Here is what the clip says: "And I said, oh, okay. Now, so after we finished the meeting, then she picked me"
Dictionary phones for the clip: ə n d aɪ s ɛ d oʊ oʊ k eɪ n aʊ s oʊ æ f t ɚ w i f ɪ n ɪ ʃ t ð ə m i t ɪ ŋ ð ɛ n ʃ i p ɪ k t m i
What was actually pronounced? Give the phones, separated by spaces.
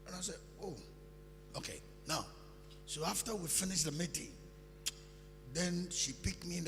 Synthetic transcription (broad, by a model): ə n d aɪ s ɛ oʊ oʊ k eɪ n aʊ s oʊ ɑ f t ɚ w i f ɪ n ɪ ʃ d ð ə m i t ɪ ŋ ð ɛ n ʃ i p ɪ k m i